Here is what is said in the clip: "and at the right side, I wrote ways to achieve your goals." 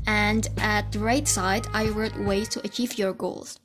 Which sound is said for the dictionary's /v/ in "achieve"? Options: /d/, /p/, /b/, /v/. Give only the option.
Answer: /v/